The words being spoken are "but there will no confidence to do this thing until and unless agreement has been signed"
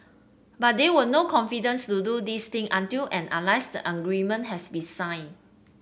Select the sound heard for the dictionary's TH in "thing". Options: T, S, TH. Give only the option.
T